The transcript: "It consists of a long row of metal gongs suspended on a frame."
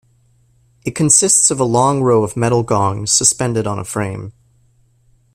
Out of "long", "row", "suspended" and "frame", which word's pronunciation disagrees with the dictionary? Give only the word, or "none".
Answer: none